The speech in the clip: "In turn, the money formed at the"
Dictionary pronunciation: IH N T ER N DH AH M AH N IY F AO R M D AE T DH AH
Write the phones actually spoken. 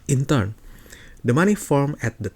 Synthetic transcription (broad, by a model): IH N T ER N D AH M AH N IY F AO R M EH T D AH